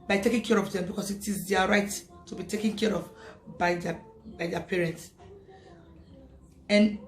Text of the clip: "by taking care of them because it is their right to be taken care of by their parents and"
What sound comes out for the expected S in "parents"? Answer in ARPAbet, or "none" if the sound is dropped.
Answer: S